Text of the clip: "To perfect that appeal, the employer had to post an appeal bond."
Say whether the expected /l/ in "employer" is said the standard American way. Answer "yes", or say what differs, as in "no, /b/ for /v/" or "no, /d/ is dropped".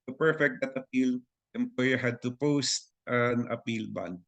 no, /l/ is dropped